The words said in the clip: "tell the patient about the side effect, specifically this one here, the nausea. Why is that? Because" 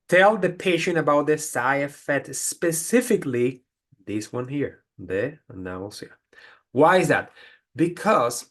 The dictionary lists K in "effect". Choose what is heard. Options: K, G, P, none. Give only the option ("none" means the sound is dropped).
none